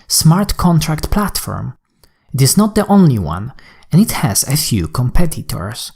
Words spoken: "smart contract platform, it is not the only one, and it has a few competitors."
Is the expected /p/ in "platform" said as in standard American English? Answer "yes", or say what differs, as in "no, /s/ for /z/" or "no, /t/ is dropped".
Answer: yes